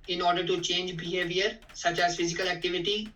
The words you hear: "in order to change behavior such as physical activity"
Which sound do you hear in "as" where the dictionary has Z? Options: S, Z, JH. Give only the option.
Z